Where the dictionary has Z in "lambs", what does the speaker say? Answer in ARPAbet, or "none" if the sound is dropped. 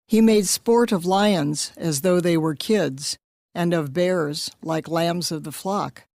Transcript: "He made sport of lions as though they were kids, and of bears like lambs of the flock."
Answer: Z